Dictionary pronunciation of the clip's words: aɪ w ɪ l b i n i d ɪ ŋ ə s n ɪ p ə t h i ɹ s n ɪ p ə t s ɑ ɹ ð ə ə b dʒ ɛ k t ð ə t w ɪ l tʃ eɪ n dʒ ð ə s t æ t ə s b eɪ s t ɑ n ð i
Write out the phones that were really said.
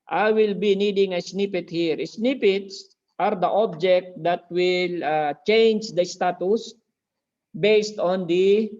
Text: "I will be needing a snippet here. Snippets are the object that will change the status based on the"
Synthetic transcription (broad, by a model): aɪ w ɪ l b i n i d ɪ ŋ ə s n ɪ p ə t h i ɹ s n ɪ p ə t s ɑ ɹ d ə ə b dʒ ɛ k t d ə t w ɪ l tʃ eɪ n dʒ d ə s t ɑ t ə s b eɪ s t ɑ n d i